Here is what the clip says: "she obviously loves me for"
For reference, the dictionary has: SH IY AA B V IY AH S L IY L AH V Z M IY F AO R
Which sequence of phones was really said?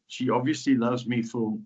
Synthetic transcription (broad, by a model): SH IY AA B V IY AH S L IY L AH V Z M IY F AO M